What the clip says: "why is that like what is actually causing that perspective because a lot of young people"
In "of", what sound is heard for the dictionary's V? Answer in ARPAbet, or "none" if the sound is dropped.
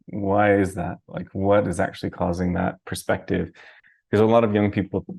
V